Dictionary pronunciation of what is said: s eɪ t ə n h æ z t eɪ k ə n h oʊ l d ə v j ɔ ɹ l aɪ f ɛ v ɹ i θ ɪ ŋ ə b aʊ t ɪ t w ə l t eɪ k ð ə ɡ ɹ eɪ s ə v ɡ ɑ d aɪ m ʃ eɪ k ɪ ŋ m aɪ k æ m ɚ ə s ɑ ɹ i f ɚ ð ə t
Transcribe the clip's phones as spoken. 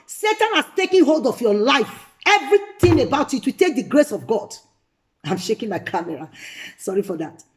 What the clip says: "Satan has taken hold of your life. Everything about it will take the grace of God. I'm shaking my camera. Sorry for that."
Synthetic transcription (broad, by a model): s eɪ t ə n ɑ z t eɪ k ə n h oʊ l d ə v j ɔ l aɪ f ɛ v ɹ i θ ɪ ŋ ə b aʊ t ɪ t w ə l t eɪ k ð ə ɡ ɹ eɪ s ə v ɡ ɑ d aɪ m ʃ eɪ k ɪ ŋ m aɪ k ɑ m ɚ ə s ɑ ɹ i f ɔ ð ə t